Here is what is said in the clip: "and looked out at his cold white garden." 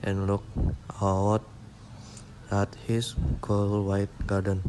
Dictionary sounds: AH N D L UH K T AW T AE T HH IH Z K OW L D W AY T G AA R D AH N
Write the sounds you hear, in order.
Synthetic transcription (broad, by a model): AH N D L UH K AW T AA T HH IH S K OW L W AY T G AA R D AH N